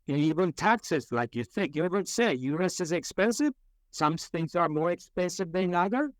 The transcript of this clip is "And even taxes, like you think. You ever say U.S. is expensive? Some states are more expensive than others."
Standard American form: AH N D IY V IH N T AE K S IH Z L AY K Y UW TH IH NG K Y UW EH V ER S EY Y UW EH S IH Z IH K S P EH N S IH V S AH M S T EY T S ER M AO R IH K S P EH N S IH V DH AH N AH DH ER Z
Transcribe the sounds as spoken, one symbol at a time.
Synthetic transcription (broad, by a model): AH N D IY V IH N T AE K S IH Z L AY K Y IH TH IH NG K Y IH EH V ER S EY Y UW EH S IH Z IH K S P EH N S IH V S AH M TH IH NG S ER M AO R IH K S P EH N S IH V DH AH N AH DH ER